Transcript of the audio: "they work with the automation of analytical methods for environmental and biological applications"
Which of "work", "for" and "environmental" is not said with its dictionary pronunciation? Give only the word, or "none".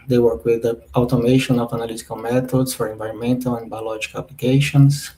none